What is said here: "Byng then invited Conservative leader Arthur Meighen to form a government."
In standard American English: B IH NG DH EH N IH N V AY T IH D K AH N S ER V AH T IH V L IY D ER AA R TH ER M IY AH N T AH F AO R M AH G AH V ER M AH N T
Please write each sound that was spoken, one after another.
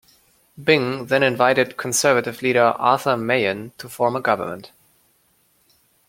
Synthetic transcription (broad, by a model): B IH NG DH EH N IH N V AY T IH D K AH N S ER V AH T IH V L IY D ER AA R TH ER M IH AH N T AH F AO R M AH G AH V ER M AH N T